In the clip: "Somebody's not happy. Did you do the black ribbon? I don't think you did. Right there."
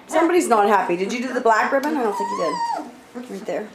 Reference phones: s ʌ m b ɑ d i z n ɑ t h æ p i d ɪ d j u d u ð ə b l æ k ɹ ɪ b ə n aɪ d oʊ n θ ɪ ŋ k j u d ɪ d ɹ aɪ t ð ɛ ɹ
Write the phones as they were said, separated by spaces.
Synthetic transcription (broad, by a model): s ʌ m b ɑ d i z n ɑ t h æ p i d ɪ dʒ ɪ d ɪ ð ə b l æ k ɹ ɪ b ə n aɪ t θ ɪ k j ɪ d ɪ d ɹ aɪ t ð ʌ ɹ